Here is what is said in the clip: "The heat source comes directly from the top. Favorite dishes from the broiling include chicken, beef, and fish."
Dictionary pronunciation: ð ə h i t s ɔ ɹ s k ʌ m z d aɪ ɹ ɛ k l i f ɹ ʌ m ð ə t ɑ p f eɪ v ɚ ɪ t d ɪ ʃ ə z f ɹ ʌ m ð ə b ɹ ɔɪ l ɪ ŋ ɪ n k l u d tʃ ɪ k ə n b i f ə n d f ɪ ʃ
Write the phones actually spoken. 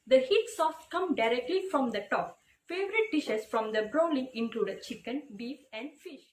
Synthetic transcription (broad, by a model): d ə h i t s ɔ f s k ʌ m d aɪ ɹ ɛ k l i f ɹ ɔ m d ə t ɑ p f eɪ v ɚ ɪ t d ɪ ʃ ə s f ɹ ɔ m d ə b ɹ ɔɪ l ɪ ŋ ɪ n k l u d tʃ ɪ k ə n b i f ə n d f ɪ ʃ